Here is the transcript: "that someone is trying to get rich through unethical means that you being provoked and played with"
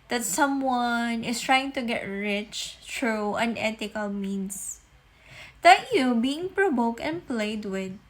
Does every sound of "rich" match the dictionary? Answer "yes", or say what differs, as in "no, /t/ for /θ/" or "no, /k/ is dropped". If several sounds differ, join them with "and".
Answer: yes